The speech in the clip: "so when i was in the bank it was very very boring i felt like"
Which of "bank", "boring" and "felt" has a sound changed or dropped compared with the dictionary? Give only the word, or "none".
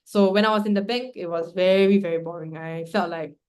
bank